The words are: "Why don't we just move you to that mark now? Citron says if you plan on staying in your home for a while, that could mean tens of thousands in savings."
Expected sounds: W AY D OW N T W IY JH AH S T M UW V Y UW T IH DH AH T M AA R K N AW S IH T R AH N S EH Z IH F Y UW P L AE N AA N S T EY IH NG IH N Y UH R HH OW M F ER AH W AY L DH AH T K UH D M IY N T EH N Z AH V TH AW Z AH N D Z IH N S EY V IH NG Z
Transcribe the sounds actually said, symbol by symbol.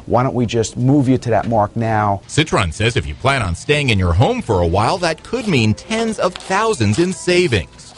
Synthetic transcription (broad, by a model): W AY D OW N T W IY JH AH S T M UW V Y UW T IH DH AH T M AA R K N AW S IH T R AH N S EH Z IH F Y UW P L AE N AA N S T EY IH NG IH N Y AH R HH OW M F ER AH W AY L DH AH T K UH D M IY N T EH N Z AH V TH AW Z AH N D Z IH N S EY V IH NG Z